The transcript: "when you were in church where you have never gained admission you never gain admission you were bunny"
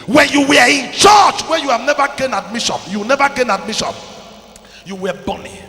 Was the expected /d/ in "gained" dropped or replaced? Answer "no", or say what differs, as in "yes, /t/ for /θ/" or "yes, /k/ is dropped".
yes, /d/ is dropped